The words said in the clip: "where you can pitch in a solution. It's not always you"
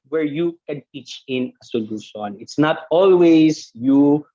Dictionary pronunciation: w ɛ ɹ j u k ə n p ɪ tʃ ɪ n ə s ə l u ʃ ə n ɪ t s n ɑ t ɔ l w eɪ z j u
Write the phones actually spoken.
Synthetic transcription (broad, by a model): w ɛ ɹ j u k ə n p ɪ tʃ ɪ n ə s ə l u s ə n ɪ t s n ɑ t ɔ l w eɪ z j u